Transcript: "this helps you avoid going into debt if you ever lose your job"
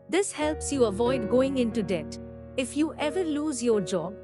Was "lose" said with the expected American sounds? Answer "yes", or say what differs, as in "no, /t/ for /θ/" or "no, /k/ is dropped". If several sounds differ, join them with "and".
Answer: yes